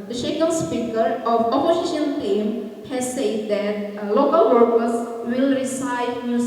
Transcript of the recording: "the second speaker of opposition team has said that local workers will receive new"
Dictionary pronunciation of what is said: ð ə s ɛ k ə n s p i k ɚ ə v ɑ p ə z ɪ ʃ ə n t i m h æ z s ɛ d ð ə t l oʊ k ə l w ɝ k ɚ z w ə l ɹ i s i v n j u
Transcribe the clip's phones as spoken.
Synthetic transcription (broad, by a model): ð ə ʃ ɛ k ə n s p i k ɚ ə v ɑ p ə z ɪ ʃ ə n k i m h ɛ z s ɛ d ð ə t l oʊ k ə l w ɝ k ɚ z w ə l ɹ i s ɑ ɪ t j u